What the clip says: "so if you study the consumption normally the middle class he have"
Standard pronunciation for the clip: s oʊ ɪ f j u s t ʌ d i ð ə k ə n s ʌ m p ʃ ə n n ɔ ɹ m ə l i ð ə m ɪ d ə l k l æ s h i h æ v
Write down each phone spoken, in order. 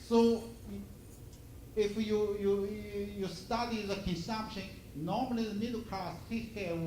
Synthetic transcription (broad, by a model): s oʊ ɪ f j u s t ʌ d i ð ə k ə n s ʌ m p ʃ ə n n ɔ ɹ m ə l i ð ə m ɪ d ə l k ɑ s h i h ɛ